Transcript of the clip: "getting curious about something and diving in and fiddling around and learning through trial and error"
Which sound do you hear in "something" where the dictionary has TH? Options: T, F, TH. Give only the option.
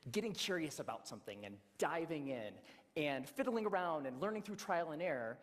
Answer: TH